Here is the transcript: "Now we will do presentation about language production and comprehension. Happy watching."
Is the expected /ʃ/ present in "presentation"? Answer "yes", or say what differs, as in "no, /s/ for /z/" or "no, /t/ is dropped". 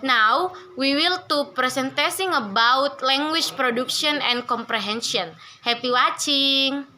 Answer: no, /s/ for /ʃ/